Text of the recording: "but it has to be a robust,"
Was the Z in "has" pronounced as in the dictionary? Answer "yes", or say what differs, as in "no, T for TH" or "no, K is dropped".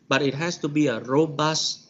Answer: no, S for Z